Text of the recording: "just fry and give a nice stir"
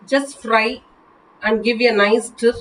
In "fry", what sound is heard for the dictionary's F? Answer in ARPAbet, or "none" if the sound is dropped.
F